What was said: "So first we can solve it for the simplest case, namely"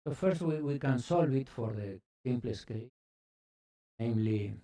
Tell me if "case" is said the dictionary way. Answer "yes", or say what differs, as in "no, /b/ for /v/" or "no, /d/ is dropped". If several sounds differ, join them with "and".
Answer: no, /s/ is dropped